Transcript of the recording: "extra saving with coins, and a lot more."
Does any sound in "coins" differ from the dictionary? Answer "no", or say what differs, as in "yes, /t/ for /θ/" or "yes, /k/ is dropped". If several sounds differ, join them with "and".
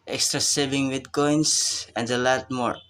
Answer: yes, /s/ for /z/